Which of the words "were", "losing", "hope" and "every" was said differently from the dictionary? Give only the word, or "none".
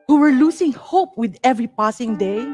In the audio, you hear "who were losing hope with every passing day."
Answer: losing